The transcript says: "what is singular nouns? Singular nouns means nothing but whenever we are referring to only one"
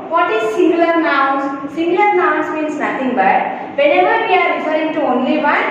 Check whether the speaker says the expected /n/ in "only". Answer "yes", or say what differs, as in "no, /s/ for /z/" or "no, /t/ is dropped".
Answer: yes